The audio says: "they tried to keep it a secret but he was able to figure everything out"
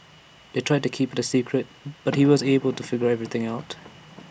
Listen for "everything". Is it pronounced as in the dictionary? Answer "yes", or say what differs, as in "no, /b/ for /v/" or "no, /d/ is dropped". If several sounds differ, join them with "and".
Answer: yes